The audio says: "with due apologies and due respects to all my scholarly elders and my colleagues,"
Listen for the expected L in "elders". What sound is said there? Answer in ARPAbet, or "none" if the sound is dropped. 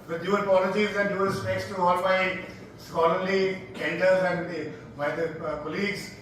N